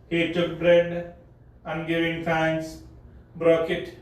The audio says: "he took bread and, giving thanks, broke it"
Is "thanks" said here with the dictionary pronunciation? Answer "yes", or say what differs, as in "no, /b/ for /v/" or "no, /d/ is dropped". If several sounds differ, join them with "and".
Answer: no, /f/ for /θ/